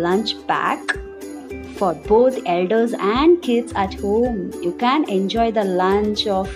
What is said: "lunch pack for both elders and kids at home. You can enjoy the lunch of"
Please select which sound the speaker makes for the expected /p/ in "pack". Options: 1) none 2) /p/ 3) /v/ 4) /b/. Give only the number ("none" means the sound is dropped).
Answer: 4